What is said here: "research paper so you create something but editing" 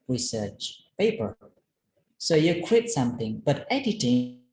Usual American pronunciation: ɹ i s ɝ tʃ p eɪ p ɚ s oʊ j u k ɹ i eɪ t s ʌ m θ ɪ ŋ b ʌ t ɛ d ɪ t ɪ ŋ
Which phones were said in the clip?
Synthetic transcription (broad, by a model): ɹ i s ɝ tʃ p eɪ p ɚ s oʊ j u k w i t s ʌ m θ ɪ ŋ b ʌ t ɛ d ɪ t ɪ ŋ